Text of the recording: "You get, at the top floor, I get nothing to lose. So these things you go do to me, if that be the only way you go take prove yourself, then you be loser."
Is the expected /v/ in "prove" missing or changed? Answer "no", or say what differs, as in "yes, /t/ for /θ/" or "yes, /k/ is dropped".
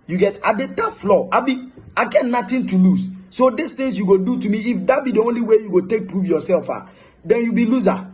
yes, /f/ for /v/